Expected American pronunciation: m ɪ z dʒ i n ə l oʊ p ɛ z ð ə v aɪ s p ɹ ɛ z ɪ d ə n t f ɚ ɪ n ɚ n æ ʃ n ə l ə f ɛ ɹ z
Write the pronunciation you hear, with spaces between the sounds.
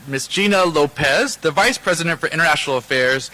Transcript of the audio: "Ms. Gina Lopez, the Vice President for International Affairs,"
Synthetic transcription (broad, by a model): m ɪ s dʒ i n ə l oʊ p ɛ z ð ə v aɪ s p ɹ ɛ z ɪ d ə n t f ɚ ɪ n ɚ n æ ʃ n l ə f ɛ ɹ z